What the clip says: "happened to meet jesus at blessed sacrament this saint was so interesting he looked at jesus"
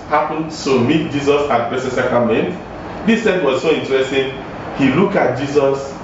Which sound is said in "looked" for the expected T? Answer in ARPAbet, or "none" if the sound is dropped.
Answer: none